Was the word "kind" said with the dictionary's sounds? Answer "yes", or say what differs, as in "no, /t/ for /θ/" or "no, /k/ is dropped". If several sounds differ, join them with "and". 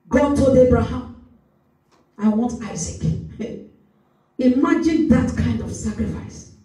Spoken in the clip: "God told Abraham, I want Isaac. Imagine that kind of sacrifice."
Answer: yes